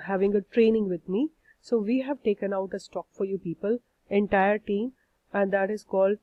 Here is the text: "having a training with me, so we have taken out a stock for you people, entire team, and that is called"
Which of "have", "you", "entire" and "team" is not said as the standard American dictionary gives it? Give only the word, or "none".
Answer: none